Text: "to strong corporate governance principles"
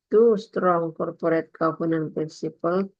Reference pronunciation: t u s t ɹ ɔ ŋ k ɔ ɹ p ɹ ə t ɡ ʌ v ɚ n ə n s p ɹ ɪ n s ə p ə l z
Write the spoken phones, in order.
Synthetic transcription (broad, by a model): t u s t ɹ ɔ ŋ k ɔ ɹ p ɹ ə t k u p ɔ n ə n p ɹ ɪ n s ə p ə l